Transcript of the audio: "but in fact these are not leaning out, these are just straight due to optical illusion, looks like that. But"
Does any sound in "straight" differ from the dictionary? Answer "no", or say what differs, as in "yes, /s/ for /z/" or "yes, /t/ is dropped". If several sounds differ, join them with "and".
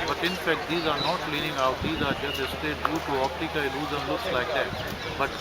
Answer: yes, /ɹ/ is dropped